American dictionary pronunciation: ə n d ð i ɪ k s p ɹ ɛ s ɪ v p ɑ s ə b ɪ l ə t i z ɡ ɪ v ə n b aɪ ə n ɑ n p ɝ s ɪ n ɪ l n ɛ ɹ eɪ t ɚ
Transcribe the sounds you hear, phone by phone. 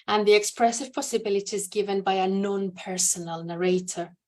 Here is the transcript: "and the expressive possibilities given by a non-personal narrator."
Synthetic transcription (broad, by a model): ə n ð i ɪ k s p ɹ ɛ s ɪ v p ɑ s ə b ɪ l ə t i z ɡ ɪ v ə n b aɪ ə n ɑ n p ɝ s ɪ n ɪ l n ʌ ɹ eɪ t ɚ